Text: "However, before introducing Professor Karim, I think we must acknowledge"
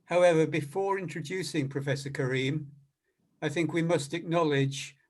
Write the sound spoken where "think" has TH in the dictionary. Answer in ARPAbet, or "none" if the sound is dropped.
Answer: TH